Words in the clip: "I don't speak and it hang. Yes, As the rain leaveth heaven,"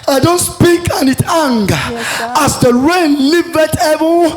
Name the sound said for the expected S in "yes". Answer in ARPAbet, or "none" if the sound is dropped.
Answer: none